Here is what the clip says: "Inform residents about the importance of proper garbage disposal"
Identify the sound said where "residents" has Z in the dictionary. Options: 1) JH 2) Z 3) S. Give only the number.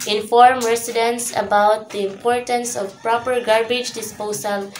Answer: 3